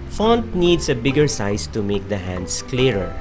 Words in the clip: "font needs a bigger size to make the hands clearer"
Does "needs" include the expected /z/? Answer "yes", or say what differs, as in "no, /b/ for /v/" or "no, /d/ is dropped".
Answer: no, /s/ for /z/